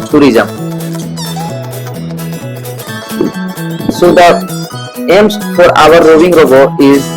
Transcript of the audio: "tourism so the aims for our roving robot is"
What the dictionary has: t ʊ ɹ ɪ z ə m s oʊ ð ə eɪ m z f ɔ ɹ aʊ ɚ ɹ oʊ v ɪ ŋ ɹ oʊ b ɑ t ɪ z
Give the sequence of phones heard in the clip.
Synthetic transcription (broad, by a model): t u ɹ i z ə m s oʊ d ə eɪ m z f ɔ ɹ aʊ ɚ ɹ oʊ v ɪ ŋ ɹ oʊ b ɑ ɪ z